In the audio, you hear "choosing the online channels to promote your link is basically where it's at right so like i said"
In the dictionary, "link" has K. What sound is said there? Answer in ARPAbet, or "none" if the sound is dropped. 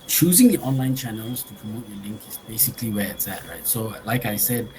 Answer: K